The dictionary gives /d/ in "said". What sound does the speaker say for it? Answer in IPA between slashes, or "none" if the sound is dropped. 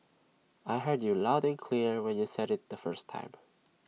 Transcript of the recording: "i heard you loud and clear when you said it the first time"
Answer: /d/